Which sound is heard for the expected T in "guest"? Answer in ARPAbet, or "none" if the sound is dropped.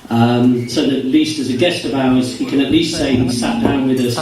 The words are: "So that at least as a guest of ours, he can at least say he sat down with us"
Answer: T